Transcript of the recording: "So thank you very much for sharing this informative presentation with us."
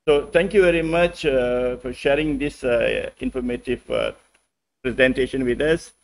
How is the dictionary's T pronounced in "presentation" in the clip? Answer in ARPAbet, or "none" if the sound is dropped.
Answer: T